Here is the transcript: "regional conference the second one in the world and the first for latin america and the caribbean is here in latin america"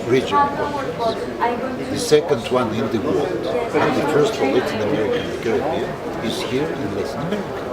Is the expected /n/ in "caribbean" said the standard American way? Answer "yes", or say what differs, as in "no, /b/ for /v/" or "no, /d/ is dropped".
no, /n/ is dropped